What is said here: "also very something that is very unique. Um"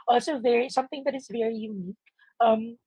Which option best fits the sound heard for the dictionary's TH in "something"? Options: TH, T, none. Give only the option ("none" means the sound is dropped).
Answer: TH